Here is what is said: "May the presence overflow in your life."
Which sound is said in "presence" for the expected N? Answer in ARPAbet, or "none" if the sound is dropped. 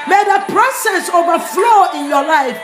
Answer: none